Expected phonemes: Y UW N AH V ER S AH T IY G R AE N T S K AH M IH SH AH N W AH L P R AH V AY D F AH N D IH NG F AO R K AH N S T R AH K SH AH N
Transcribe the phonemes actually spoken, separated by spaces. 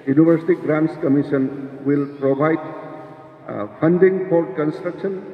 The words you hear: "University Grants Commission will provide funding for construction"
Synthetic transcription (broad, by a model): Y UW N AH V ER S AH T IY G R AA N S K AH M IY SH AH N W AH L P R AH B AY D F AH N D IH NG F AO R K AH N S T R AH K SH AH N